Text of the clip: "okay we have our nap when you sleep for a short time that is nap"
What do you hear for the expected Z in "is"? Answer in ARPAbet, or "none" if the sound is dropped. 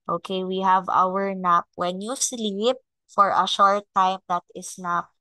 S